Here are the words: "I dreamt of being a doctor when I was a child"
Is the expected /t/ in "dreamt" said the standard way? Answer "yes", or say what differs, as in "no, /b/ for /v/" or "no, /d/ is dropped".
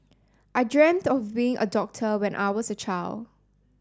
yes